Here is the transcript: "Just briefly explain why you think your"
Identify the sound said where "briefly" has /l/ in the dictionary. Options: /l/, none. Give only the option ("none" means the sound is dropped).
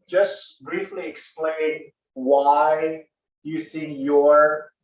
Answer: /l/